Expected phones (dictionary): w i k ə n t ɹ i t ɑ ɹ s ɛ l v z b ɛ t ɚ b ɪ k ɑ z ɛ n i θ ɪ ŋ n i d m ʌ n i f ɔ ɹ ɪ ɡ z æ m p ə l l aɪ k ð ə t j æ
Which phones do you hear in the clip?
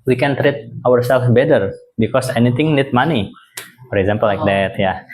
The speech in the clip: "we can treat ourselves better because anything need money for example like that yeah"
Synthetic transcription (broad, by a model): w i k ə n t ɹ i t ɑ ɹ s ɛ l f b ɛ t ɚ b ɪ k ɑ s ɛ n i t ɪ ŋ n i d m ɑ n i f ɔ ɹ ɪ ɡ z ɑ m p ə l l aɪ k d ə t j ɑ